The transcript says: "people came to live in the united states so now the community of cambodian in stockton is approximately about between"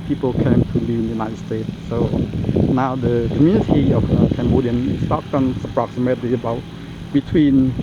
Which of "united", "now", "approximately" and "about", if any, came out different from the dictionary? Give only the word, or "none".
approximately